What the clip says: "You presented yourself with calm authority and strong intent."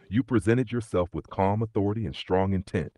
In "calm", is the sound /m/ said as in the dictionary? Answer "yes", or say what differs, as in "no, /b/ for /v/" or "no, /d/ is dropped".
yes